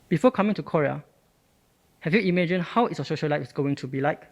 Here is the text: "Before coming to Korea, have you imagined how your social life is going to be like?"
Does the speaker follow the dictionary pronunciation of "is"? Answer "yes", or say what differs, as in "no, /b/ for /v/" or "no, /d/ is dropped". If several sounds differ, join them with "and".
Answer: no, /s/ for /z/